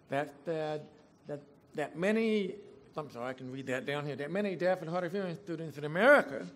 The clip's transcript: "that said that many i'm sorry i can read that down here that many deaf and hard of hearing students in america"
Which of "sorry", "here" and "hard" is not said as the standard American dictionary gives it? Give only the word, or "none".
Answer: sorry